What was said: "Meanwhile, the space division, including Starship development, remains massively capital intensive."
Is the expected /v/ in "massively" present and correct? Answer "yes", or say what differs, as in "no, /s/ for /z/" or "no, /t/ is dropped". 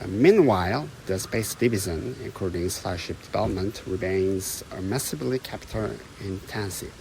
no, /b/ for /v/